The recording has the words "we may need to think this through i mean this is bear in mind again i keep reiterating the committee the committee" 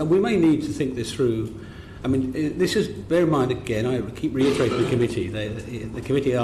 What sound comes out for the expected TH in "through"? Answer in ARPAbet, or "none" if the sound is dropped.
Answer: TH